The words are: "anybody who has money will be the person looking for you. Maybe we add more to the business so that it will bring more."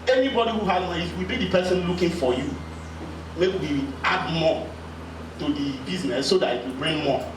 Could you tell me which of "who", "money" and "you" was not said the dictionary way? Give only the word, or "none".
money